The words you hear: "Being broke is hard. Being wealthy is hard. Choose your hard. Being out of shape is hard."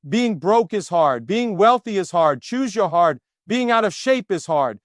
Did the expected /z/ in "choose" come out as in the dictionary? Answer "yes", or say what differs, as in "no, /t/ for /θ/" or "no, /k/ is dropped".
yes